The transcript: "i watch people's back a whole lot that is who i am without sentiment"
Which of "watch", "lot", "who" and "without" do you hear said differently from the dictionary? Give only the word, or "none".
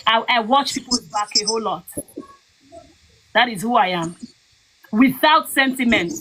none